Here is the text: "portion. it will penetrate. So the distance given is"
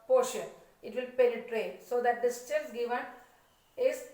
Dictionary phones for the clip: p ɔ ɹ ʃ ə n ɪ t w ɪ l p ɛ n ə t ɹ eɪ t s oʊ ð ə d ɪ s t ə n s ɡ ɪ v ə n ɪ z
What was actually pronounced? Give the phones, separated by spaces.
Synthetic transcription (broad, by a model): p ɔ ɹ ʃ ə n ɪ t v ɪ l p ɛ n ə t ɹ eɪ s oʊ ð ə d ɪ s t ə l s ɡ ɪ v ə n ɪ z